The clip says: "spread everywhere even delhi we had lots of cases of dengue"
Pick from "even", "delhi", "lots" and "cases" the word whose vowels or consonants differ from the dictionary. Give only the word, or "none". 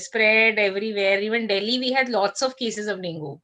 none